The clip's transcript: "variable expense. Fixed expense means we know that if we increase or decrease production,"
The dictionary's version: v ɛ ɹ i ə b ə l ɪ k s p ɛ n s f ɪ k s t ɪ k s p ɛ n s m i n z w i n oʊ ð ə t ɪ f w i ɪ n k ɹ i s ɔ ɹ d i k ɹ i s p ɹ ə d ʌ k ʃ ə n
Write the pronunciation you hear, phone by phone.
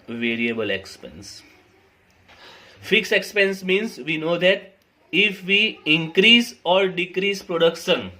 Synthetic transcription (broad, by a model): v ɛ ɹ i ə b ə l ɪ k s p ɛ n s f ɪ k s ɪ k s p ɛ n s m i n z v i n oʊ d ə t ɪ f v i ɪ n k ɹ i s ɔ ɹ d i k ɹ i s p ɹ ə d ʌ k ʃ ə n